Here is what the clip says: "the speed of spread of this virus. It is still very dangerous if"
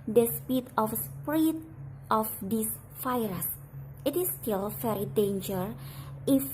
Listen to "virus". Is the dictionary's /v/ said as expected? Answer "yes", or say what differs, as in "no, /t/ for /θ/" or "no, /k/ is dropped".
no, /f/ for /v/